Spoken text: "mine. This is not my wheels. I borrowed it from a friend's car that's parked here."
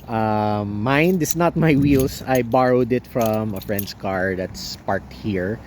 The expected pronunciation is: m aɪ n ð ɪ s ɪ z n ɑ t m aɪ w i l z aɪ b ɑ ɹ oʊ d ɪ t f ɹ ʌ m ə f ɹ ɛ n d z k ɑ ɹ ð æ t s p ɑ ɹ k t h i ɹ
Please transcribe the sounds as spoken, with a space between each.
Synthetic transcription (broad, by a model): m aɪ n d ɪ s n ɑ t m aɪ w i l s aɪ b ɑ ɹ oʊ d ɪ t f ɹ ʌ m ə f ɹ ɛ n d s k ɑ ɹ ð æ t s p ɑ ɹ k t h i ɹ